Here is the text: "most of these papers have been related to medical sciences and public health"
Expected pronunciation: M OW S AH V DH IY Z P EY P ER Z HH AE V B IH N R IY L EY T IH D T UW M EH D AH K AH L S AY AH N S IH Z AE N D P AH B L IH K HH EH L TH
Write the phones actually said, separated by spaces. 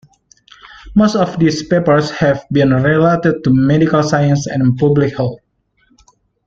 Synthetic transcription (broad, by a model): M OW S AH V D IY S P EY P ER S HH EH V B IH N R IY L EY T IH D T UW M EH D AH K AH L S AY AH N S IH N P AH B L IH K HH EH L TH